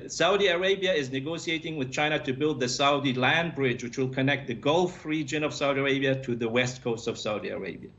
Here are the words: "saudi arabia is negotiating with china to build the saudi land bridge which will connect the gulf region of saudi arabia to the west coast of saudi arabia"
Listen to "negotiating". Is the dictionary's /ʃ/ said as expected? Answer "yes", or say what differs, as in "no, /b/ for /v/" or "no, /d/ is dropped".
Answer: no, /s/ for /ʃ/